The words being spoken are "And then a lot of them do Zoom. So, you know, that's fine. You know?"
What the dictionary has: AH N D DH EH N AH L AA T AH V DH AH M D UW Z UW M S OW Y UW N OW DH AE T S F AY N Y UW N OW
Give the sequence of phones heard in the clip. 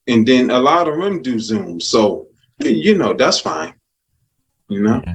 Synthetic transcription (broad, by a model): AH N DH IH N AH L AA T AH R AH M D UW Z UW M S OW Y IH N OW DH AE T S F AY N Y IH N OW